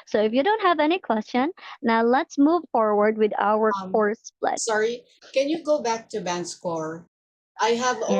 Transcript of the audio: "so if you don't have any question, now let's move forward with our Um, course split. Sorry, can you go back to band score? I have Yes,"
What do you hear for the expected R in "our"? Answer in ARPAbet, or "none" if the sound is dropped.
W